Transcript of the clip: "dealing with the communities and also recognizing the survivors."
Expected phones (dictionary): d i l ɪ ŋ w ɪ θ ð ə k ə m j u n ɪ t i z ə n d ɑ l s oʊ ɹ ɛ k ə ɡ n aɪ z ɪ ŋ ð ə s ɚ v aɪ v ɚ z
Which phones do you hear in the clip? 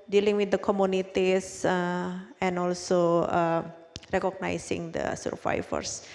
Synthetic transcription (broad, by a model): d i l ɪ ŋ w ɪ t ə k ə m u n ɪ t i s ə n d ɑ l s oʊ ɹ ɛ k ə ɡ n aɪ s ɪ ŋ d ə s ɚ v aɪ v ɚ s